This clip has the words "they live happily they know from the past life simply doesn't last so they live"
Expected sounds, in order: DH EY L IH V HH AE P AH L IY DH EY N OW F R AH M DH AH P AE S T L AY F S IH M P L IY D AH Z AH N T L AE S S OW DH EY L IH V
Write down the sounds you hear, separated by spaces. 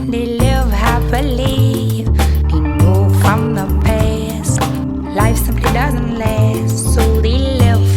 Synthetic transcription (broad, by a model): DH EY L IH V HH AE B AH L IY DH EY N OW F R AH M DH AH P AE S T L AY F S IH M P L IY D AH Z AH N T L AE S S OW DH EY L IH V